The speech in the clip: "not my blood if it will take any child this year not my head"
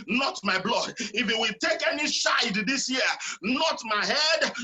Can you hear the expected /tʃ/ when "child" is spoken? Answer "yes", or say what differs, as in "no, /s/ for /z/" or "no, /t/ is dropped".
no, /ʃ/ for /tʃ/